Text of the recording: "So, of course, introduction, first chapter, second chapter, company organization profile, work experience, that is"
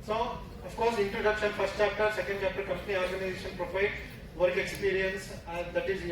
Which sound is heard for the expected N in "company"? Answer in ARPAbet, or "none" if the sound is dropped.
L